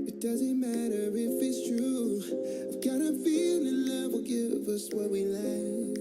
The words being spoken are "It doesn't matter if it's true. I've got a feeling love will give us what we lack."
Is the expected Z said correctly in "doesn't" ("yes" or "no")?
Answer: yes